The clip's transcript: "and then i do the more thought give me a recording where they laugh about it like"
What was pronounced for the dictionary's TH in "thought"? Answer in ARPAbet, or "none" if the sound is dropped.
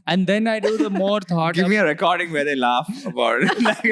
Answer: T